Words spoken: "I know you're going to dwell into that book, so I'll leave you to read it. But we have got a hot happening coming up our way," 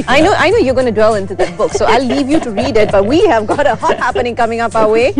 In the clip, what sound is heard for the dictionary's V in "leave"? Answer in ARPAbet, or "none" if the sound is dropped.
V